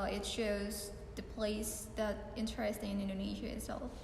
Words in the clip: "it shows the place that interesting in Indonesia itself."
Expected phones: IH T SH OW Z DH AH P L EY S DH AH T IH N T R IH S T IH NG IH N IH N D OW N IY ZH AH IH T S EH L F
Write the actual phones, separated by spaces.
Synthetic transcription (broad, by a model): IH T SH OW Z DH AH P L EY S DH AH T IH N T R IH S T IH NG IH N IH N D OW N IY ZH AH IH T S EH L F